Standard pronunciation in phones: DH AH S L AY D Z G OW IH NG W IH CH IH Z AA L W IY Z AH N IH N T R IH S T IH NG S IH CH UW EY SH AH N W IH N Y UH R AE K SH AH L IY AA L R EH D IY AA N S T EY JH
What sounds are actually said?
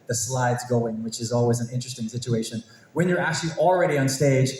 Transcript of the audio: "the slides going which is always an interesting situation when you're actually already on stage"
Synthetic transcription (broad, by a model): DH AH S L AY D Z G OW IH NG W IH CH IH Z AA L W IY Z AH N IH N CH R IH S T IH NG S IH CH UW EY SH AH N W IH N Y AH R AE K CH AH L IY L R EH D IY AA N S T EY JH